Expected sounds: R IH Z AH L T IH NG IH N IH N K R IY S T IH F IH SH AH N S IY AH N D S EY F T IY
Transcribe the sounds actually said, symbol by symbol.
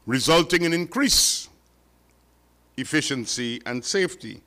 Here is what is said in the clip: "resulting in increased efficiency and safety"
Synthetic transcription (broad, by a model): R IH Z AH L T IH NG IH N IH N K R IY S IH F IH SH AH N S IY AH N D S EY F T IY